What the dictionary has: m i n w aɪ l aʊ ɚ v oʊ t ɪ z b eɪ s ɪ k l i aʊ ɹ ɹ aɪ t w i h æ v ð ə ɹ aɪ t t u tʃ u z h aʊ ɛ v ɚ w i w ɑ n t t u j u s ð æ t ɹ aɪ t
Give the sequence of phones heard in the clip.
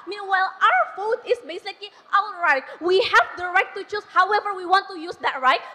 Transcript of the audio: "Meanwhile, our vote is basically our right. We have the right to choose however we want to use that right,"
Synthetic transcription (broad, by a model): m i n w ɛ l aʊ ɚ f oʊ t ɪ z b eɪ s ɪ k l i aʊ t ɹ aɪ t w i h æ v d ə ɹ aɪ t t u tʃ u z h aʊ ɛ v ɚ w i w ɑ n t t u j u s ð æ t ɹ aɪ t